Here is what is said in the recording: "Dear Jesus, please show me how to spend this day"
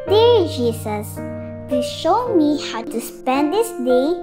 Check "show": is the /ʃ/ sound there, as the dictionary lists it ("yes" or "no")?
yes